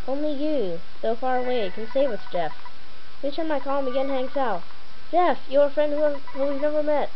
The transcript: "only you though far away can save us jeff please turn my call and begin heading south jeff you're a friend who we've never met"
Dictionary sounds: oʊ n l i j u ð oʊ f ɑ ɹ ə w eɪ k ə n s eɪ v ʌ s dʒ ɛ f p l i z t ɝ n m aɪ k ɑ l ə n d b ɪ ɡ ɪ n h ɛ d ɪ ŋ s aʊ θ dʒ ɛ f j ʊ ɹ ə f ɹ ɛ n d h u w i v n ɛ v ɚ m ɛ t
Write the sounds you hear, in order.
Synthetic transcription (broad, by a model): oʊ n l i j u ð oʊ f ɑ ɹ ə w eɪ k ə n s eɪ w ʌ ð dʒ ɛ f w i t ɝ m aɪ k ɑ l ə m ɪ ɡ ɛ n h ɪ ŋ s aʊ t dʒ ɛ f j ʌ ɹ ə f ɹ ɛ n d h u w i v n ɛ v ɚ m ɛ t